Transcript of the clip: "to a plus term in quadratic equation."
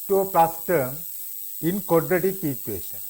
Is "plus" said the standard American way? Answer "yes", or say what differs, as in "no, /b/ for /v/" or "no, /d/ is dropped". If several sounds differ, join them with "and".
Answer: no, /l/ is dropped